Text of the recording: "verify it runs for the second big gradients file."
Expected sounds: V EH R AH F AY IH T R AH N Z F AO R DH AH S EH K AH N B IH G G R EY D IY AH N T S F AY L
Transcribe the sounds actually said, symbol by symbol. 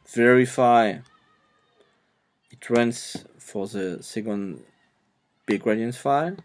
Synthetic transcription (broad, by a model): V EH R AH F AY IH T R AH N S F AO R DH AH S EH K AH N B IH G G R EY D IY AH N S F AY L